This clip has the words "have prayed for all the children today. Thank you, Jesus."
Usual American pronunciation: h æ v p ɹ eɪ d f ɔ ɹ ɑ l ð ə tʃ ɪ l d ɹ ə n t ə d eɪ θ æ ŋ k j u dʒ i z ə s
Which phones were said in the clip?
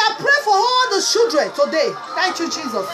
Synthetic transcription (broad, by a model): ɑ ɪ p ɹ eɪ f ɔ ɹ ɑ l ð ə ʃ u d ɹ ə n t ə d eɪ θ æ ŋ k j u dʒ i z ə s